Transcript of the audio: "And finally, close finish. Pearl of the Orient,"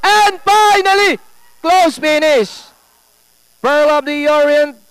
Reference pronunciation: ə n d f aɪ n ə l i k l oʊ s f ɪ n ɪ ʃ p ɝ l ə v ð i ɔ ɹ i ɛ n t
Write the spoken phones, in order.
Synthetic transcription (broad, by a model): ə n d f aɪ n ə l i k l oʊ s p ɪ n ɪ s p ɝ l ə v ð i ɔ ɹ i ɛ n